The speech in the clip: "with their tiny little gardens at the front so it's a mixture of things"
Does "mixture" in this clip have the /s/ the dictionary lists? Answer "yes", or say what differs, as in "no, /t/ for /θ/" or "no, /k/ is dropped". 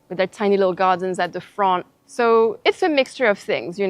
yes